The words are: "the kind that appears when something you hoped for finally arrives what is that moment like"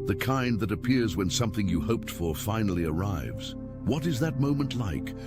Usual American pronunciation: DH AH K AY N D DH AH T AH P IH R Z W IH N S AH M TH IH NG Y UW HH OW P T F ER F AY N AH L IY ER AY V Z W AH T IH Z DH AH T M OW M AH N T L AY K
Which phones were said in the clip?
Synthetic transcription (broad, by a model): DH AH K AY N DH AH T AH P IH R Z W IH N S AH M TH IH NG Y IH HH OW P T F ER F AY N L IY ER AY V Z W AH T IH Z DH AH T M OW M AH N T L AY K